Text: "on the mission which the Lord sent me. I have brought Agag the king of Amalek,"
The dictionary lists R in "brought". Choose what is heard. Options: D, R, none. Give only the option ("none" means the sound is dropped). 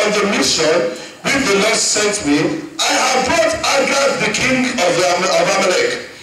none